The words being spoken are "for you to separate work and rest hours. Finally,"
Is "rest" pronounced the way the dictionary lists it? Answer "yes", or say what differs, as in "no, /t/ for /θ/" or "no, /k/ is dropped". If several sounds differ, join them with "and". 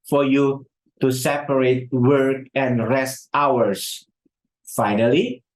yes